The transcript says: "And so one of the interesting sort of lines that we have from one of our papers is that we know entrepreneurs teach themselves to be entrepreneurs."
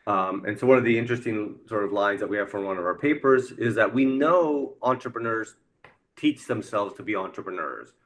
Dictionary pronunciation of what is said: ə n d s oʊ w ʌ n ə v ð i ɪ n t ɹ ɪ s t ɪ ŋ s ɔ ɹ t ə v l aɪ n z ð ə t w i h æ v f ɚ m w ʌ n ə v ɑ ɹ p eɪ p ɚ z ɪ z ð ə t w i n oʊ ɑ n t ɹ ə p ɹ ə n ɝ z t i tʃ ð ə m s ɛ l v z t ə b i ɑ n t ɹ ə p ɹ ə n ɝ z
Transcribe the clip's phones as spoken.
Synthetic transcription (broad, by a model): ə n s oʊ w ʌ n ə v ð i ɪ n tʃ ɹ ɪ s t ɪ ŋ s ɔ ɹ t ə v l aɪ n z ð ə t w i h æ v f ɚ w ʌ n ə v ɑ ɹ p eɪ p ɚ z ɪ z ð ə t w i n oʊ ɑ n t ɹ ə p ɹ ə n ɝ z t i tʃ ð ə m s ɛ l v z t ə b i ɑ n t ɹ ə p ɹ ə n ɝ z